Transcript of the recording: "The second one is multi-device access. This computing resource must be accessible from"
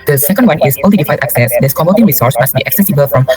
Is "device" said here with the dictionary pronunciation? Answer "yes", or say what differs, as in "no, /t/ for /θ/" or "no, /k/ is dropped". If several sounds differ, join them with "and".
no, /f/ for /v/ and /s/ is dropped